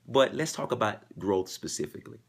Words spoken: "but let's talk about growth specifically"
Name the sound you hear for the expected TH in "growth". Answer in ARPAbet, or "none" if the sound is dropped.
TH